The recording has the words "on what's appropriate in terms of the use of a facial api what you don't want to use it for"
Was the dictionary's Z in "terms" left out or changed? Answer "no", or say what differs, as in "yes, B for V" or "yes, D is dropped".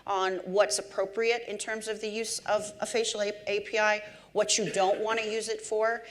no